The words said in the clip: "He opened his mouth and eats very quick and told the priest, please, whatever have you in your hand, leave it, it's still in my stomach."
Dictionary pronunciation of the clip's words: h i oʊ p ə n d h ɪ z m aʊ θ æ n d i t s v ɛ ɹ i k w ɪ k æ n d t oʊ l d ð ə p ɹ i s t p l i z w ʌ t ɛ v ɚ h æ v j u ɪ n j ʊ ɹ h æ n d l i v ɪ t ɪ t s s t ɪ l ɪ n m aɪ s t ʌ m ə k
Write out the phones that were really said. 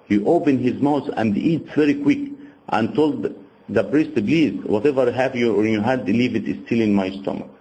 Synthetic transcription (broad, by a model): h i oʊ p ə n h ɪ z m aʊ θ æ n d i t s v ɛ ɹ i k w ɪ k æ n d t oʊ l d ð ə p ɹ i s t b l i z w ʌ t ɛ v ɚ h æ v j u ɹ j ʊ h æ d l i v ɪ t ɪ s s t ɪ l ɪ n m aɪ s t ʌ m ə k